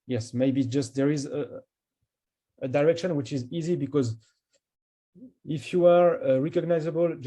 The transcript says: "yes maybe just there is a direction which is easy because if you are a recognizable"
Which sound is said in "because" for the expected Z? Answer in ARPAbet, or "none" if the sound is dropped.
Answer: Z